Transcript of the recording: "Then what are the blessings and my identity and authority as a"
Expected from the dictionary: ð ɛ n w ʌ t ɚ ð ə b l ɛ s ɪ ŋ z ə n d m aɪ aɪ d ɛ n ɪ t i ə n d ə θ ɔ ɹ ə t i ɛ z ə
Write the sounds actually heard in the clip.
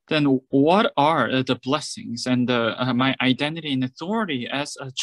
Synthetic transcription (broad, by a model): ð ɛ n w ʌ t ɚ ð ə b l ɛ s ɪ ŋ z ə n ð m aɪ aɪ d ɛ n ɪ t i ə n ə θ ɔ ɹ ə t i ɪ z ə